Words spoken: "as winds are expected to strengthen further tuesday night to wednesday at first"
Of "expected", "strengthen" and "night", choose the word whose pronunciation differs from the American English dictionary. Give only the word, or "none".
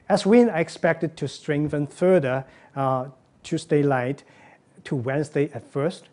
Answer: night